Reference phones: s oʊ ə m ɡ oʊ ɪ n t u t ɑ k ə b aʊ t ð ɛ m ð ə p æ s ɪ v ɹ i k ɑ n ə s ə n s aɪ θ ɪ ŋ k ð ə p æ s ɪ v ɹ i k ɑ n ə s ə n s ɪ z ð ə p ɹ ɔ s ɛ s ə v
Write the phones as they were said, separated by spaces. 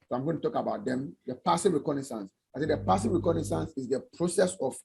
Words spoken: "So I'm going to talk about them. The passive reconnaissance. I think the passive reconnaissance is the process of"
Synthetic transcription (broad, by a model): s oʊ ə m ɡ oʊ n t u t ɑ k ə b aʊ t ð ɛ m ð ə p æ s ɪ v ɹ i k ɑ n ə s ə n s aɪ s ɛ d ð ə p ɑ s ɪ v ɹ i k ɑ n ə s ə n s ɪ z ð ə p ɹ ɔ s ɛ s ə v